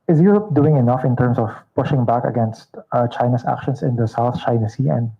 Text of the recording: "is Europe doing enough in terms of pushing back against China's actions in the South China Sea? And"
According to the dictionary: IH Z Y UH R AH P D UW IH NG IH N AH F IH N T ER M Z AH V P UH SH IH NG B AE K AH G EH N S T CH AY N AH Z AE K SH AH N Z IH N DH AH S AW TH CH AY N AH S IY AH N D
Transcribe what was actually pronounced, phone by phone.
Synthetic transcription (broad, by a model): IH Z Y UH R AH P D UW IH NG IH N AH F IH N T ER M S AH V P UH SH IH NG B AE K AH G EH N S T CH AY N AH S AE K SH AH N S IH N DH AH S AW TH CH AY N AH S IY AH N D